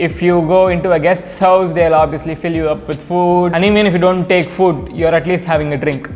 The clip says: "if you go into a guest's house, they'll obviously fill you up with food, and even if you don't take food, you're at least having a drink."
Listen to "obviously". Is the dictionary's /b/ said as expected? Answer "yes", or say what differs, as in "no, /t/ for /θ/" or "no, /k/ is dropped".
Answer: yes